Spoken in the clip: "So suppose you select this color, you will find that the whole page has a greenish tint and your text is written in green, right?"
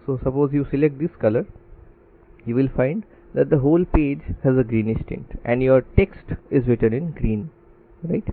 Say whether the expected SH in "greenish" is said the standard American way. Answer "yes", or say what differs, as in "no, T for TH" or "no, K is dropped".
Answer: no, S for SH